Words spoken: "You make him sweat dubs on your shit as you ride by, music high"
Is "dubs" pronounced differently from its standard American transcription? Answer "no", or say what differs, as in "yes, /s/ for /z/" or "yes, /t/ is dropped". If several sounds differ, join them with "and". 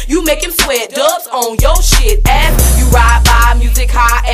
yes, /b/ is dropped